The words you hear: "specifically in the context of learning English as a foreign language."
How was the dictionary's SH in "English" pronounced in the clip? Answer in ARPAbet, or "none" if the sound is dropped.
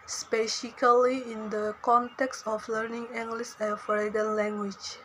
S